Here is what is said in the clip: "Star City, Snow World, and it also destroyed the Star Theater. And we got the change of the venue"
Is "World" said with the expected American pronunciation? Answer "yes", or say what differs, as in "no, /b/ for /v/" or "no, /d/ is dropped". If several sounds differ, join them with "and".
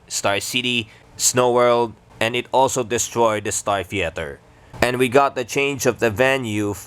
yes